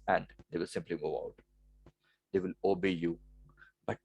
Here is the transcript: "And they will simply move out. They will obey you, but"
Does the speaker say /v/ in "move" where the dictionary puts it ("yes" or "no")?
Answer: no